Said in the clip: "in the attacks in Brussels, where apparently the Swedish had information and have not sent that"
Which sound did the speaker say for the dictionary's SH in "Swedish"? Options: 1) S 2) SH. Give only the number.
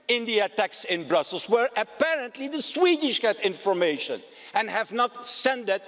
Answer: 2